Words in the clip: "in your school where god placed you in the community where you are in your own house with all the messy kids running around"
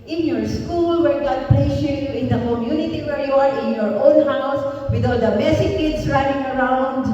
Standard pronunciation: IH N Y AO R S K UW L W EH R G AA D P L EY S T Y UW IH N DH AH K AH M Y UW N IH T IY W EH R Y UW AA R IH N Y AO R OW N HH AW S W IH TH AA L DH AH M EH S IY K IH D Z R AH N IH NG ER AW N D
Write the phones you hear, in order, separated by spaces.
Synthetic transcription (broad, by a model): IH N Y AO R S K UW L W EH R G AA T P L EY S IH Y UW IH N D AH K AH M Y UW N IH T IY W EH R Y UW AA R IH N Y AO R OW N HH AW S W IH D AA L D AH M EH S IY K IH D S R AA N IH NG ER AW N D